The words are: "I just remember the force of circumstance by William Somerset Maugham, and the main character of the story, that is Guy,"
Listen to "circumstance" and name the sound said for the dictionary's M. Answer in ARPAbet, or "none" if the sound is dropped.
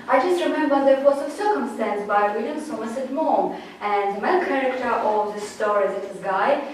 M